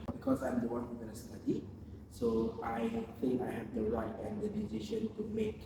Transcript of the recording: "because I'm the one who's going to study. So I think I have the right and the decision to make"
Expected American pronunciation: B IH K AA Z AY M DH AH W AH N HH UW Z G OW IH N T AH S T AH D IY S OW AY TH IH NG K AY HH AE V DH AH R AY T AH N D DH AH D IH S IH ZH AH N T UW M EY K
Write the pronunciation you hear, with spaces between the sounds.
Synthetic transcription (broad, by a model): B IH K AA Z AY M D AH W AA N HH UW G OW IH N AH S T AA D IY S OW AY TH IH NG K AY HH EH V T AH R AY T AH N D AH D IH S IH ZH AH N T UW M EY K